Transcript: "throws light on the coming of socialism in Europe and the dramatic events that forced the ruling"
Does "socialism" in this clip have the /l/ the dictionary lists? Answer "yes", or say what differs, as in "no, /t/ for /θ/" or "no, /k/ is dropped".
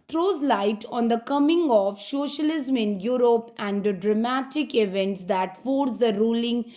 yes